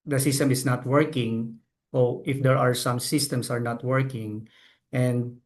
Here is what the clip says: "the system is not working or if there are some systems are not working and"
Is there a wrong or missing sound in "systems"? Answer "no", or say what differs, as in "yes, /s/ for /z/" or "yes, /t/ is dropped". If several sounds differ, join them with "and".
yes, /s/ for /z/